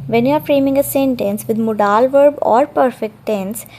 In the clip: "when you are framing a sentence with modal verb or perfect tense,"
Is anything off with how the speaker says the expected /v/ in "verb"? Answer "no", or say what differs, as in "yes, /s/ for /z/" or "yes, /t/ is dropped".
no